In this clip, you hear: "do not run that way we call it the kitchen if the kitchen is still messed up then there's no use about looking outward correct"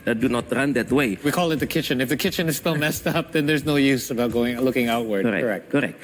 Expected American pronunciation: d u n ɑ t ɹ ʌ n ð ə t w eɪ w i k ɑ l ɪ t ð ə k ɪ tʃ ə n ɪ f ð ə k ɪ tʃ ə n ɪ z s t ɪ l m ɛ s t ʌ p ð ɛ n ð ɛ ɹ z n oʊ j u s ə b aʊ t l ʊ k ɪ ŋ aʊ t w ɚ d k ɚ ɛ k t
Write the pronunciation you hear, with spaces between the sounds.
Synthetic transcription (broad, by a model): d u n ɑ t ɹ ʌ n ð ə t w eɪ w i k ɑ l ɪ t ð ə k ɪ tʃ ə n ɪ f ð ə k ɪ tʃ ə n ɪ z s t ɪ l m ɛ s t ʌ p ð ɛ n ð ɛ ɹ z n oʊ j u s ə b aʊ t l ʊ k ɪ ŋ aʊ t w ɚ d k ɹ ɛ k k